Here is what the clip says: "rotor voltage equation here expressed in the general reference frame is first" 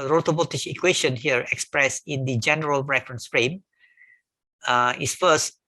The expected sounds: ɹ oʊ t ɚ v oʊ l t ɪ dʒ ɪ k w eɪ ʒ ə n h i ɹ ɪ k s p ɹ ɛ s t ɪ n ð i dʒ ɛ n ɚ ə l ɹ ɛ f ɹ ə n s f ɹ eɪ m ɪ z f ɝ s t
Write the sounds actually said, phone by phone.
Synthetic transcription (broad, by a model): ɹ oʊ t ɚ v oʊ t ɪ ʃ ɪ k w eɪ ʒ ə n h i ɹ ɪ k s p ɹ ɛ s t ɪ n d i dʒ ɛ n ɚ ə l ɹ ɛ f ɹ ə n s f ɹ eɪ m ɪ s f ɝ s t